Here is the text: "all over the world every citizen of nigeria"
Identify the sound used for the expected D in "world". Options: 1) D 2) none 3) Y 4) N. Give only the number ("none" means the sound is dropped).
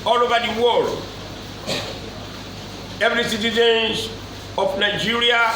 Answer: 2